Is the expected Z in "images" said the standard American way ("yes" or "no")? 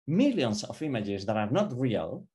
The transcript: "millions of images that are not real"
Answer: yes